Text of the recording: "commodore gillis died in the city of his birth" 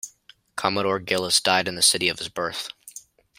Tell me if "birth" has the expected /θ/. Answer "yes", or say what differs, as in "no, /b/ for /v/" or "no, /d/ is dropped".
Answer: yes